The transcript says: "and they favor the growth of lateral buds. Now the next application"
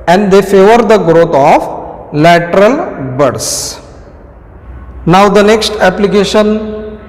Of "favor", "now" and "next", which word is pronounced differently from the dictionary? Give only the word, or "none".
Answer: none